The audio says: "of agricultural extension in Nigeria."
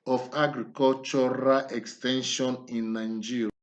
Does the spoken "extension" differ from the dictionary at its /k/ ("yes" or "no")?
no